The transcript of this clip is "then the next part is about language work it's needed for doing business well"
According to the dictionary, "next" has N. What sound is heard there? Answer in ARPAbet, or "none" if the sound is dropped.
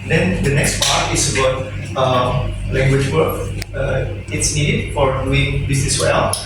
N